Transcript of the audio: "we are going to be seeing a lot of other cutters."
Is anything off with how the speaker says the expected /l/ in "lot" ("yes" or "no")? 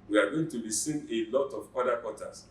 no